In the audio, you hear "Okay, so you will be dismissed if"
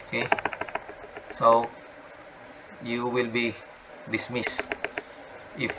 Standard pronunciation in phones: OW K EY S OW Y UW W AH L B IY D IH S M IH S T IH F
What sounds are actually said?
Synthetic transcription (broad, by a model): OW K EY S OW Y UW W AH L B IY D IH S M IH S IH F